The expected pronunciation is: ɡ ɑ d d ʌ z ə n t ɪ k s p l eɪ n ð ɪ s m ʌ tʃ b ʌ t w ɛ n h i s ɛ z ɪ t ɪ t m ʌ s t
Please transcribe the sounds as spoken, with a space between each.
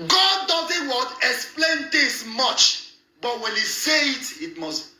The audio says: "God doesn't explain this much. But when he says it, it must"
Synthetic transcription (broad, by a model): ɡ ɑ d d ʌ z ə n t ɪ k s p l eɪ n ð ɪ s m ʌ tʃ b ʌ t w ɛ n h i s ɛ ɪ t ɪ t m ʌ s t